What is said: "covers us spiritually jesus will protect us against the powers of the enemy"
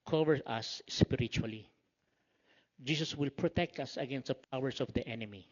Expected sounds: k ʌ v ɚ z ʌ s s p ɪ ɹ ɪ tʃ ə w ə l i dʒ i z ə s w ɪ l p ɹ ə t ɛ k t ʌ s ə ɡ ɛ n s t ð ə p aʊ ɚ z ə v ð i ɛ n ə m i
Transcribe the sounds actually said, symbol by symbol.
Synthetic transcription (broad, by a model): k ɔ v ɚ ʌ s s p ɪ ɹ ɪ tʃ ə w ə l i dʒ i s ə s w ɪ l p ɹ ə t ɛ k t ʌ s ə ɡ ɛ n s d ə p aʊ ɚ s ə v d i ɛ n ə m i